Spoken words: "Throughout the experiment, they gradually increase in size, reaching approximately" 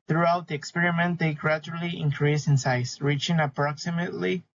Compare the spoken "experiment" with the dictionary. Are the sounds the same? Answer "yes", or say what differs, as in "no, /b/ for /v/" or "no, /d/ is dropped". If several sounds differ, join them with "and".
yes